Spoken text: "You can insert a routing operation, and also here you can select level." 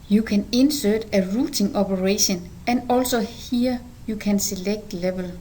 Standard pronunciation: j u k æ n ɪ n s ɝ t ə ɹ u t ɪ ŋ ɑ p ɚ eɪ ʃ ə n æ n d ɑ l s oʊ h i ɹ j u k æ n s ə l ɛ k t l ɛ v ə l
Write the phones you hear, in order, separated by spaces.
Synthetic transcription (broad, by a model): j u k æ n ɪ n s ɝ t ə ɹ u s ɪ ŋ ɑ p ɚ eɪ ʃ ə n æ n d ɑ l s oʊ h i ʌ j u k æ n s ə l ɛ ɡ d l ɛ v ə l